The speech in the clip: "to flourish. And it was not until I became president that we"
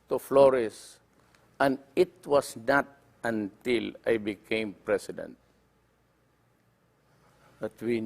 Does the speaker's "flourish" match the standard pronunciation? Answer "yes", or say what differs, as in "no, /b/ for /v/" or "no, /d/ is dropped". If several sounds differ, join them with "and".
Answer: no, /s/ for /ʃ/